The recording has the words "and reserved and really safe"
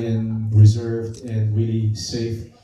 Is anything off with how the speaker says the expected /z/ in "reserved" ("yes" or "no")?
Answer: no